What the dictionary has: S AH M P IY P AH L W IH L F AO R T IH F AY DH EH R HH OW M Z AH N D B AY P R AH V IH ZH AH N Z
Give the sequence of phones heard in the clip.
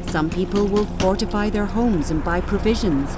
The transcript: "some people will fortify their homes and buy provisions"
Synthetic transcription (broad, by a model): S AH M P IY P AH L W IH L F AO R T IH F AY DH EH R HH OW M Z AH N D B AY P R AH V IH ZH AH N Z